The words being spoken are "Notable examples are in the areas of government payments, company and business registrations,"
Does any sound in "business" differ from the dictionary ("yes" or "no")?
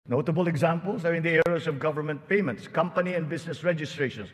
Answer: yes